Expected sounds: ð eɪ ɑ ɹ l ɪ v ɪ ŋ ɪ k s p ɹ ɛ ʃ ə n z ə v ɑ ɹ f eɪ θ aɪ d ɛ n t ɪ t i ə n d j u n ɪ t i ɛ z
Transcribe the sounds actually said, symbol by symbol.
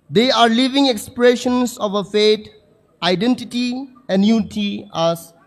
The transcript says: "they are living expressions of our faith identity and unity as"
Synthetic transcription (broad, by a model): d eɪ ɑ ɹ l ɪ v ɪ ŋ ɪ k s p ɹ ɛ ʃ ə n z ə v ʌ f eɪ t aɪ d ɛ n t ɪ t i ə n d j u n ɪ t i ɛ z